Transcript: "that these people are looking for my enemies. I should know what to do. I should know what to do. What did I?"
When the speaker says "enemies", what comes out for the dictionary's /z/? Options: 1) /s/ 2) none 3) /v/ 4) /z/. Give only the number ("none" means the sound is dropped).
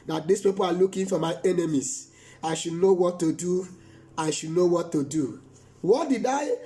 1